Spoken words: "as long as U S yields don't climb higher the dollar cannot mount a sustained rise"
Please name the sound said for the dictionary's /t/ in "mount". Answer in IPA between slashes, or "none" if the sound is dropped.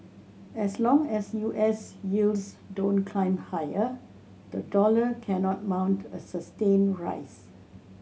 /t/